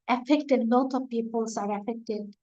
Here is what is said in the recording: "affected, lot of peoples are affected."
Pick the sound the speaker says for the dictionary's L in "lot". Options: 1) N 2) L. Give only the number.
1